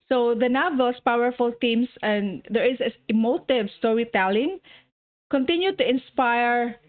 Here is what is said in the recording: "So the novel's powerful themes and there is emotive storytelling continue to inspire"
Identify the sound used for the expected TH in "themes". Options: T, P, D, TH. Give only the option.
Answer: T